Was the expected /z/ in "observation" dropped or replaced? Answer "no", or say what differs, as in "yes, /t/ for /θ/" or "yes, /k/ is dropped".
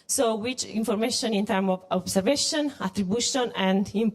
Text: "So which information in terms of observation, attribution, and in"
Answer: yes, /s/ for /z/